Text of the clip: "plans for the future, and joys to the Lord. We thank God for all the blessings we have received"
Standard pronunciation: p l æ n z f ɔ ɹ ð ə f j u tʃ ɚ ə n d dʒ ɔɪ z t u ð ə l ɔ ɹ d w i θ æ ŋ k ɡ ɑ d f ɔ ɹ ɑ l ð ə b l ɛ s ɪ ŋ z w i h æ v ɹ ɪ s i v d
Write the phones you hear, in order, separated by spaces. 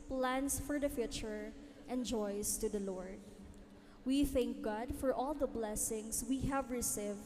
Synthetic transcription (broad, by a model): p l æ n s f ɔ ɹ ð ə f j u tʃ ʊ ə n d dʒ ɔɪ s t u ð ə l ɔ ɹ d w i θ æ ŋ k ɡ ɑ d f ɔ ɹ ɑ l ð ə b l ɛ s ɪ ŋ s w i h æ v ɹ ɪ s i v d